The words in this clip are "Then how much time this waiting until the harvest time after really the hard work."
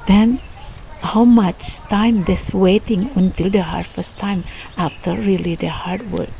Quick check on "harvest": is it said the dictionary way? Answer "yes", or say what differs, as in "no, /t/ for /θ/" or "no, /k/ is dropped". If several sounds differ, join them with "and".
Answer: no, /f/ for /v/